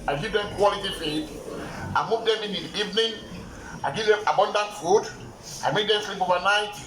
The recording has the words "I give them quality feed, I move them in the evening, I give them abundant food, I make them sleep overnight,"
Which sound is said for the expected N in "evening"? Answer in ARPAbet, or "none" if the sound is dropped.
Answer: N